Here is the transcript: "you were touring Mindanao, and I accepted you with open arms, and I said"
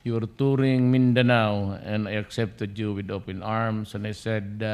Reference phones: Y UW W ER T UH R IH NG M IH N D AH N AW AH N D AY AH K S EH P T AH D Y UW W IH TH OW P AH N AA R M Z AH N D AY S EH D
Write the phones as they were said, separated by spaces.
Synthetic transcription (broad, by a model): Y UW W ER T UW R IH NG M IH N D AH N AW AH N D AY AH K S EH P T AH D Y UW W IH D OW P AH N AA R M S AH N AY S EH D